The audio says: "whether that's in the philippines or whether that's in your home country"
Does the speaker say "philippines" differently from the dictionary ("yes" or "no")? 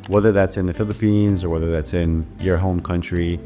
no